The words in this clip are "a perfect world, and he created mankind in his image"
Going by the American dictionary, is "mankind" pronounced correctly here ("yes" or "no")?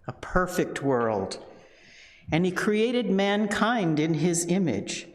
yes